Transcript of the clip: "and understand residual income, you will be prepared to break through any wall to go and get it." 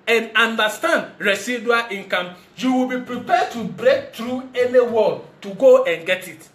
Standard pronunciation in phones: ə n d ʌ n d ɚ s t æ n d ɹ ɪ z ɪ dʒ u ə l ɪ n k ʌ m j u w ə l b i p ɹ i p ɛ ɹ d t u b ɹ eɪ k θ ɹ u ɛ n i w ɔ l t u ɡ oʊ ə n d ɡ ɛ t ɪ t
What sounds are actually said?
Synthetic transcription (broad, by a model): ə n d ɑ n d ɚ s t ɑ n d ɹ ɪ s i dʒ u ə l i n k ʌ m j u w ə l b i p ɹ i p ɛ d t u b ɹ eɪ k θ ɹ u ɛ n i w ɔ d t u ɡ oʊ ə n ɡ ɛ t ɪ t